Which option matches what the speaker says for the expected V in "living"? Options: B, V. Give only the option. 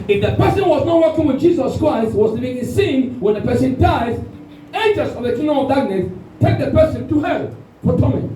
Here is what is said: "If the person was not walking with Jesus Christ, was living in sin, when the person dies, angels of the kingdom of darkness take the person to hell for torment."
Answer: B